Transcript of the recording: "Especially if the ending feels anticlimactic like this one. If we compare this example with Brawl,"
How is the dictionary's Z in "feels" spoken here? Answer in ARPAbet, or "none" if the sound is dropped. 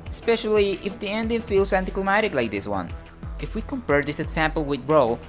S